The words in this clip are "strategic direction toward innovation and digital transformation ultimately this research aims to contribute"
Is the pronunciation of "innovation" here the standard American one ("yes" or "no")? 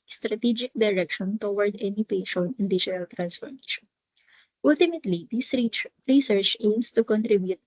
no